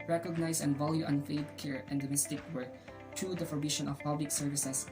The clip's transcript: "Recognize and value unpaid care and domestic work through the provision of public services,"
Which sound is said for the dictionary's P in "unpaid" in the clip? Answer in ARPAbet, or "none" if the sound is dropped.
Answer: F